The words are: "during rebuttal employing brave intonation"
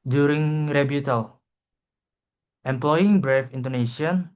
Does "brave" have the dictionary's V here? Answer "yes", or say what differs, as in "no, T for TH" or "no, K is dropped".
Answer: no, F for V